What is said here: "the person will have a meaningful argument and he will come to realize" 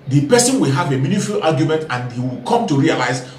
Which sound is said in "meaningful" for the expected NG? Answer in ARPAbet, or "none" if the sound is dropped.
none